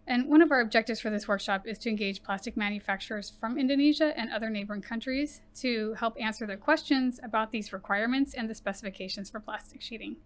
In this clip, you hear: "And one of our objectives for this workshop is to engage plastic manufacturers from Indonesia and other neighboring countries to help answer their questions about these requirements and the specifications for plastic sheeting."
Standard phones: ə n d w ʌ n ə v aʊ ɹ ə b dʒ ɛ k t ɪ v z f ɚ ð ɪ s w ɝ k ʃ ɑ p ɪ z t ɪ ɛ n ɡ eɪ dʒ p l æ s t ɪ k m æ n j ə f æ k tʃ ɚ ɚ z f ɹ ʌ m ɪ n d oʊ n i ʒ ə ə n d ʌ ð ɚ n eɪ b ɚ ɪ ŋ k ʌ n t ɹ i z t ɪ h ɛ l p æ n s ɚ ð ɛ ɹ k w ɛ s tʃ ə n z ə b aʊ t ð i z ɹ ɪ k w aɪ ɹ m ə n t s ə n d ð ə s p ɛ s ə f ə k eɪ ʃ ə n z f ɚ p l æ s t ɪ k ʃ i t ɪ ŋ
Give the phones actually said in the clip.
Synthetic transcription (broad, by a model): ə n w ʌ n ə v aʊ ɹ ə b dʒ ɛ k t ɪ v z f ɚ ð ɪ s w ɝ k ʃ ɑ p ɪ z t ɪ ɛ n ɡ eɪ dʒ p l æ s t ɪ k m æ n j ə f æ k tʃ ɚ ɚ z f ɹ ʌ m ɪ n d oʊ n i ʒ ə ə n ʌ ð ɚ n eɪ b ɚ ɪ ŋ k ʌ n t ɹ i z t ɪ h ɛ l p æ n s ɚ ð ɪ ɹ k w ɛ s tʃ ə n z ə b aʊ t ð i z ɹ ɪ k w aɪ ɹ m ə n t s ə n ð ə s p ɛ s ə f ə k eɪ ʃ ə n z f ɚ p l æ s t ɪ k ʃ i t ɪ ŋ